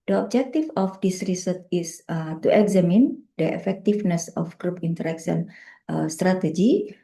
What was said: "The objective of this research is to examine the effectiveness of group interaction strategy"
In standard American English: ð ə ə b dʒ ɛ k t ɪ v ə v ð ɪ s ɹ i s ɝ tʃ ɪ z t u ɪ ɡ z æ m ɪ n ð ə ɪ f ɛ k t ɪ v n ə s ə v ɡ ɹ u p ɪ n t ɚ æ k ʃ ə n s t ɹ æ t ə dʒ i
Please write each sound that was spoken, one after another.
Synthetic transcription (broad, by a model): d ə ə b dʒ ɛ k t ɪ f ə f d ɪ s ɹ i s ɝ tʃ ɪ s t u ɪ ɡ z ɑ m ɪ n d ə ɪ f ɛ k t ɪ f n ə s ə f ɡ ɹ u p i n t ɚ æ k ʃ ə n s t ɹ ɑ t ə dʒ i